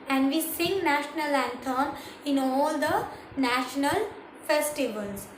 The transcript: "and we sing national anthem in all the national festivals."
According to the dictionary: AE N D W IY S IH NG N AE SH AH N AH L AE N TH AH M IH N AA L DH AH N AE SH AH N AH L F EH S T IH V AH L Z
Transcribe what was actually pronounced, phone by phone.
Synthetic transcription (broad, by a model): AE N D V IY S IH NG N AE SH AH N AH L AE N T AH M IH N AA L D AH N AE SH AH N AH L F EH S T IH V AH L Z